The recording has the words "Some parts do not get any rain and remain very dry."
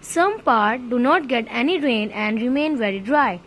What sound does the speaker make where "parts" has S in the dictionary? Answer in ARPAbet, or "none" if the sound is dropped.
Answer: none